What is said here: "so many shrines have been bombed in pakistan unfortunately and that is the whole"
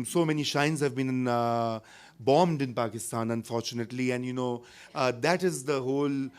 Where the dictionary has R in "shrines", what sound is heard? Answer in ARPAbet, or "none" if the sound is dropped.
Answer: none